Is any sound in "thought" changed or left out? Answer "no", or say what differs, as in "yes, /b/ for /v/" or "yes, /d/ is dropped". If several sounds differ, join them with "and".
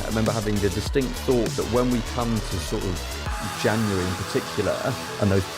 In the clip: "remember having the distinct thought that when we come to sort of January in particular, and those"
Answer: no